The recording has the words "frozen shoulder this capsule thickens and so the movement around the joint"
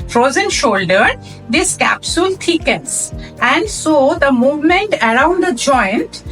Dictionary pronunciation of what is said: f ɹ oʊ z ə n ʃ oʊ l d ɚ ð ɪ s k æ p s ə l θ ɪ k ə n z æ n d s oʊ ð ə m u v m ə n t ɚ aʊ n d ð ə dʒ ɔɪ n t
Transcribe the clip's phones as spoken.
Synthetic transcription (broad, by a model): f ɹ oʊ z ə n ʃ oʊ l d ɚ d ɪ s k æ p s ə l t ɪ k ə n s æ n d s oʊ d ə m u v m ə n t ɚ aʊ n d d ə dʒ ɔɪ n t